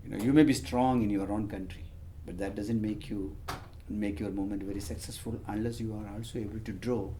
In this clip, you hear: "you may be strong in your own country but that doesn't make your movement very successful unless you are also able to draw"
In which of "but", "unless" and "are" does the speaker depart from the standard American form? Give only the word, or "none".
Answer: none